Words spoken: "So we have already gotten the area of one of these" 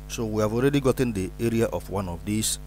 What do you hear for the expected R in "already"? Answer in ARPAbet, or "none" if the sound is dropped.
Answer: R